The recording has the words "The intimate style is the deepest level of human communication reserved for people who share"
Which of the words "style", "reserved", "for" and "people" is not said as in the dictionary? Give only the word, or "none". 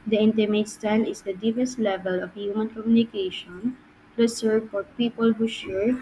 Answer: reserved